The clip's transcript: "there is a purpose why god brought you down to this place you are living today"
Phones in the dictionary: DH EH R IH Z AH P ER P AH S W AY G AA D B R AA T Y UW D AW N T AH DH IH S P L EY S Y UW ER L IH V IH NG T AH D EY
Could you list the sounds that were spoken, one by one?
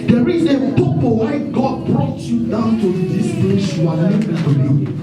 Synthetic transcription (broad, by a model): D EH R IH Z AH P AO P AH W AY G AA D B R AA T Y UW D AW N T AH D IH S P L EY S Y UW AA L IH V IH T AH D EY